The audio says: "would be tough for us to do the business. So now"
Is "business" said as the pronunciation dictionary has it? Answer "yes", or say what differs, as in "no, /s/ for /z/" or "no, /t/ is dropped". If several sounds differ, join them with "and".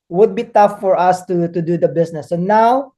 no, /s/ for /z/